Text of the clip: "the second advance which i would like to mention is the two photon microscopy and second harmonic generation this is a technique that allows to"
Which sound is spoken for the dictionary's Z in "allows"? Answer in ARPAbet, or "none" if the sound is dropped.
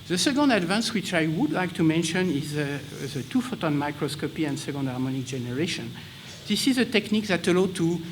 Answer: none